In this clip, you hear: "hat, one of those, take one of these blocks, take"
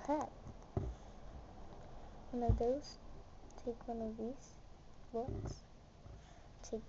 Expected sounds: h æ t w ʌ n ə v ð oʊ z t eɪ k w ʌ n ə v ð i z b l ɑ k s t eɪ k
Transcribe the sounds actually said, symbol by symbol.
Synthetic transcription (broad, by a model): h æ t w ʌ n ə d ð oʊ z t eɪ k w ʌ n ə v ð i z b ɑ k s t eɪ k